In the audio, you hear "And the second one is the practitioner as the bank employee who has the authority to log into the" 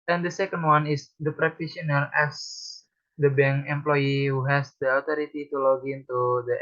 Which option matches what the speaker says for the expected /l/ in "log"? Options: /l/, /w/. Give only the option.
/l/